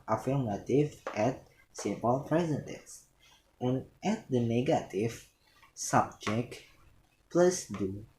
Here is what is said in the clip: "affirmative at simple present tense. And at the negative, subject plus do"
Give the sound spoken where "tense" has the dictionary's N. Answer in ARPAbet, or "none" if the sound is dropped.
none